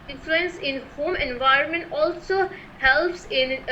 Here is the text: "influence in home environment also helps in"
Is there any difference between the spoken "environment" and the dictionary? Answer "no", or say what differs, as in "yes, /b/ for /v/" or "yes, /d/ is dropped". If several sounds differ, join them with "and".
no